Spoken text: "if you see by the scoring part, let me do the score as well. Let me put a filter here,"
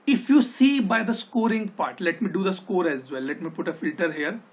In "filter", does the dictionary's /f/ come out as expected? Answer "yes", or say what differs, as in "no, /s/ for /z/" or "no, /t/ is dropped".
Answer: yes